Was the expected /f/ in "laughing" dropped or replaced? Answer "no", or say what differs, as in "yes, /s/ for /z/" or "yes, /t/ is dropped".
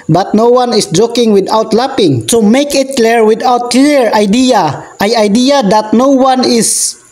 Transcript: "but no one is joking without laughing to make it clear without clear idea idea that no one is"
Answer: yes, /p/ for /f/